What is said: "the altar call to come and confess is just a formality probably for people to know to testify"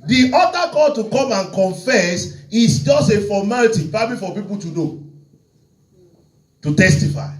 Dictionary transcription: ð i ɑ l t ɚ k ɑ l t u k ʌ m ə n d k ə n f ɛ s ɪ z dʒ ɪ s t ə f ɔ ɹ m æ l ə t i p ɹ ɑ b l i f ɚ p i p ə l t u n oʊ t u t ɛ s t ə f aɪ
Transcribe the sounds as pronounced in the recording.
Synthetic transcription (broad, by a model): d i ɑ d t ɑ k ɑ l t u k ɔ m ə n k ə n f ɛ s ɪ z dʒ ɪ s t ə f ɔ m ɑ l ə t i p ɑ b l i f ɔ p i p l t u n oʊ t u t ɛ s t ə f aɪ